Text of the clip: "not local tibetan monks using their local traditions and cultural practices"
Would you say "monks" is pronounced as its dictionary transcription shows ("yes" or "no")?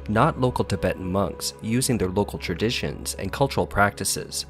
yes